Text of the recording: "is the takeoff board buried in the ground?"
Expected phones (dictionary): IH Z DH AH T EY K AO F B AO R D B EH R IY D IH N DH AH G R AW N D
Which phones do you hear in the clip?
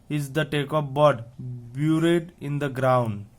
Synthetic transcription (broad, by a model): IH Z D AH T EY K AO P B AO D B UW R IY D IH N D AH G R AW N D